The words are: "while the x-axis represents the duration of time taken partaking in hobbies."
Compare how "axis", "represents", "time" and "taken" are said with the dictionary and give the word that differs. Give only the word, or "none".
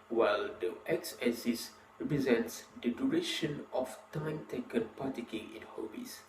axis